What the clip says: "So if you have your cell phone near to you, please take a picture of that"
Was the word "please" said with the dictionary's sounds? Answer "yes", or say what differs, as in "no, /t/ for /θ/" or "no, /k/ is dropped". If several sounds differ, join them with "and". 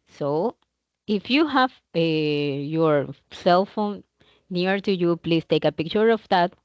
no, /s/ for /z/